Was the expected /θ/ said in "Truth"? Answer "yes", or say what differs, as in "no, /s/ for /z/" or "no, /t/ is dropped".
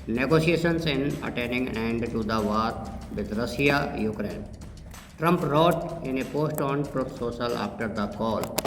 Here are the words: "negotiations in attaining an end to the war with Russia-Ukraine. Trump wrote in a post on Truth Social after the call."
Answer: no, /f/ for /θ/